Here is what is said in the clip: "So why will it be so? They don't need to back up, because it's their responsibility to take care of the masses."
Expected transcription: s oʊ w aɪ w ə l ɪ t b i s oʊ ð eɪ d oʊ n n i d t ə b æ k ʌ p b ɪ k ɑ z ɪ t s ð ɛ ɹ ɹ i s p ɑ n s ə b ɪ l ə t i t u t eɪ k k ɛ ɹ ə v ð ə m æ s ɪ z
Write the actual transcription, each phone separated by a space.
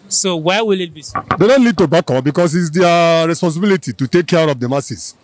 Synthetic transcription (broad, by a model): s oʊ w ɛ w ə l ɪ t b i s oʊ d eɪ d oʊ n l i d t ə b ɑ k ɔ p b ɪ k ɑ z ɪ t s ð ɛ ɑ ɹ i s p ɑ n s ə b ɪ l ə t i t u t eɪ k k ɛ ɹ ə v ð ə m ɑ s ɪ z